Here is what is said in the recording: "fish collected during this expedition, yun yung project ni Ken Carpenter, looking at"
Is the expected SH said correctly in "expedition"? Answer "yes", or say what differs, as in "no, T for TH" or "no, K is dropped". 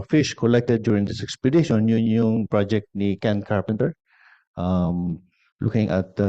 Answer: no, S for SH